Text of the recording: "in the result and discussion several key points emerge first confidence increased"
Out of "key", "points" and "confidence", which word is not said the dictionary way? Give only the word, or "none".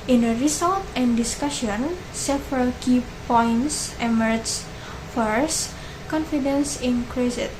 none